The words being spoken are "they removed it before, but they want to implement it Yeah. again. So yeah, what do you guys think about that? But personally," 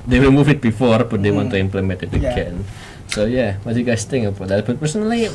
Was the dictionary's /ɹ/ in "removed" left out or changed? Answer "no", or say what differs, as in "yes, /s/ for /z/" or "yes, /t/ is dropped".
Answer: yes, /w/ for /ɹ/